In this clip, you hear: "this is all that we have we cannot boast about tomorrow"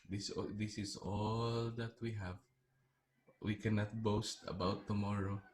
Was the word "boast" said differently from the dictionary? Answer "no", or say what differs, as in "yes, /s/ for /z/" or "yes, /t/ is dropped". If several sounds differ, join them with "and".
no